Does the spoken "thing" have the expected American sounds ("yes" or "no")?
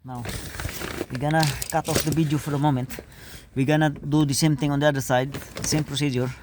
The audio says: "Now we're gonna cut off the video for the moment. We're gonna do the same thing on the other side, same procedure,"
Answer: no